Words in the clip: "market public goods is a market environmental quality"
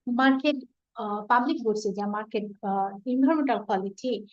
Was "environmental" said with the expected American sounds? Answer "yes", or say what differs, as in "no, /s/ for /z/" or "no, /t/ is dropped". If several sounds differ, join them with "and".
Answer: no, /b/ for /v/